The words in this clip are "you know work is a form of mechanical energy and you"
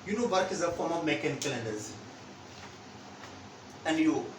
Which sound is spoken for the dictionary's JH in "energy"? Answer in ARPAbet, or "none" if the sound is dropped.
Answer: Z